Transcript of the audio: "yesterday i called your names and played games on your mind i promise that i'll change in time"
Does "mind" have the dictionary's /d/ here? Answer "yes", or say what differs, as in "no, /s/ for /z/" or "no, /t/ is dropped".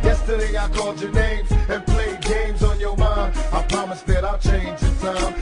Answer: no, /d/ is dropped